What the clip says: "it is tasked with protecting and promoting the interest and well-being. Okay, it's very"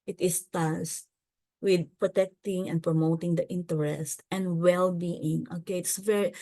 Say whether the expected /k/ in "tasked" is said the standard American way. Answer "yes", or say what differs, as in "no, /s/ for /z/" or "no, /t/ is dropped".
no, /k/ is dropped